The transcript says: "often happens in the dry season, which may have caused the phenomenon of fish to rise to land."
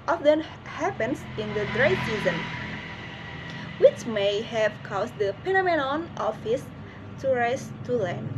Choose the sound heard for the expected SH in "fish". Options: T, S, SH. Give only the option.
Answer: S